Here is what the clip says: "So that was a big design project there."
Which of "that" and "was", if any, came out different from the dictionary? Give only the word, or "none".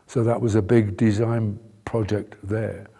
none